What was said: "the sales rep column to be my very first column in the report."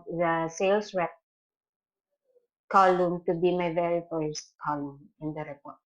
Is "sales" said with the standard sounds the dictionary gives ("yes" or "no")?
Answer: no